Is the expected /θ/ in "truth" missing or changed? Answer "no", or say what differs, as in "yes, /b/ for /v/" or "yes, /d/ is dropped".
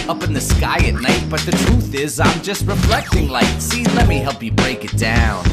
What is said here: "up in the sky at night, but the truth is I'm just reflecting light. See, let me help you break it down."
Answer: no